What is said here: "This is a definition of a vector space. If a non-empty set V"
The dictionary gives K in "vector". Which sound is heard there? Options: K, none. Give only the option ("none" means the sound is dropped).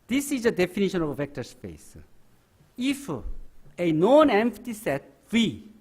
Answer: K